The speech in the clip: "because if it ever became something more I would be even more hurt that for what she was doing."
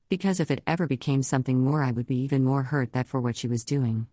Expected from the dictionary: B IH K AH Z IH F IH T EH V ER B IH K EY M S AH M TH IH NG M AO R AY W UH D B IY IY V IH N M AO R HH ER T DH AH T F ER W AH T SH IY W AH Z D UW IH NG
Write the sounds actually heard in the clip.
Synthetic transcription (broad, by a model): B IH K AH Z IH F IH T EH V ER B IH K EY M S AH M TH IH NG M AO R AY W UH D B IY IY V IH N M AO R HH ER T DH AH T F ER W AH T SH IY W AH Z D UW IH NG